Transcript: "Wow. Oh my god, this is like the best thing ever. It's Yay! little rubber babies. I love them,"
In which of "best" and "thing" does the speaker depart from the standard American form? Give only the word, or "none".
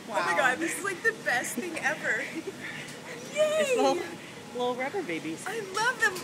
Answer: none